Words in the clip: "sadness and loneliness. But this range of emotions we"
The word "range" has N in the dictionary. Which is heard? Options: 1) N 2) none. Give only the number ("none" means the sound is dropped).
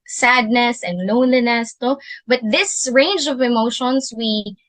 1